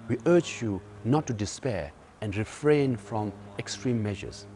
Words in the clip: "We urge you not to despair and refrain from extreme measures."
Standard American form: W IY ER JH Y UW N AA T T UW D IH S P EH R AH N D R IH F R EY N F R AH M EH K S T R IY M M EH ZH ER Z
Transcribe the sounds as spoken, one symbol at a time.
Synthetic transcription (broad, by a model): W IY ER JH Y UW N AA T T UW D IH S P EH R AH N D R IH F R EY N F R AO M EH K S T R IY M M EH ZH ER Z